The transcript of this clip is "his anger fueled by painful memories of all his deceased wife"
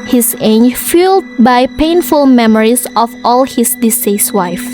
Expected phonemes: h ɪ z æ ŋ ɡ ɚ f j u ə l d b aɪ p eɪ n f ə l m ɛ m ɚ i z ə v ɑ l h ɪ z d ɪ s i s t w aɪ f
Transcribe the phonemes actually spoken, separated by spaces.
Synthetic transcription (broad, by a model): h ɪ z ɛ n f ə l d b aɪ p eɪ n f ə l m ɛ m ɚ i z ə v ɑ l h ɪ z d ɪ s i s w aɪ f